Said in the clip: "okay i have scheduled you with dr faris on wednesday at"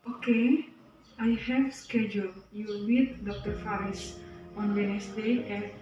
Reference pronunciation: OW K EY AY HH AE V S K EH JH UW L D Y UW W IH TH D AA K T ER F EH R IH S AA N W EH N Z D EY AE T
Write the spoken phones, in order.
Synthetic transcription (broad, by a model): OW K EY AY HH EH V S K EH JH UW L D Y UW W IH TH D AA K T ER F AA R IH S AA N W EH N S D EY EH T